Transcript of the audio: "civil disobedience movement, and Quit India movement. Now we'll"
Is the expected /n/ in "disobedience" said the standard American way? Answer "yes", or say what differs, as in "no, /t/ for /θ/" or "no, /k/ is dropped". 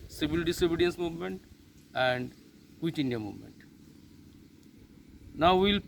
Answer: yes